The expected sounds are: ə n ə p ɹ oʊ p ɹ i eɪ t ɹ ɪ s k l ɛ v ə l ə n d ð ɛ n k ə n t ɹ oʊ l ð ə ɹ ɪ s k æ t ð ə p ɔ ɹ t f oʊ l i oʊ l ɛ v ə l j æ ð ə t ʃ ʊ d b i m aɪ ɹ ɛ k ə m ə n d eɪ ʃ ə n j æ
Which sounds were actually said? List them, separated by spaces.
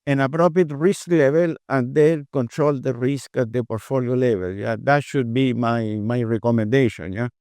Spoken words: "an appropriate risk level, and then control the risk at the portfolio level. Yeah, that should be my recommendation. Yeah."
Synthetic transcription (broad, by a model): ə n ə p ɹ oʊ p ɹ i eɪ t ɹ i s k l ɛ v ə l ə n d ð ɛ l k ə n t ɹ oʊ l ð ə ɹ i s k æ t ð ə p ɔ ɹ t f oʊ l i oʊ l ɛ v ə l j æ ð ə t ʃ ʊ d b i m aɪ ɹ ɛ k ə m ə n d eɪ ʃ ə n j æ